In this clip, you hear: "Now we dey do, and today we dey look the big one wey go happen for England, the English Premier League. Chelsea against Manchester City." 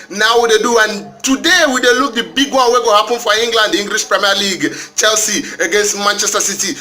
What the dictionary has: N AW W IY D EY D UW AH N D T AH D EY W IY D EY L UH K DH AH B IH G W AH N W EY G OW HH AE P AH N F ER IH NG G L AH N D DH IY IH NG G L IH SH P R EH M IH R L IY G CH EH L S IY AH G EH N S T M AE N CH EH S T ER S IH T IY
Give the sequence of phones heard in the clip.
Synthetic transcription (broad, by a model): N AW W IY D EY D UW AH N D T AH D EY W IY D EY L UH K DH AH B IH G W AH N W EY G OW HH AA P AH N F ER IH NG G L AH N D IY NG G L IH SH P R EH M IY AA L IY G CH EH L S IY AH G EH N S T M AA N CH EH S T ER S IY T IY